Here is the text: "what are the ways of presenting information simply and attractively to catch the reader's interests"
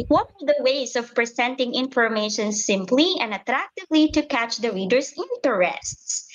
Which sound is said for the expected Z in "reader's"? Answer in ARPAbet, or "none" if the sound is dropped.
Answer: S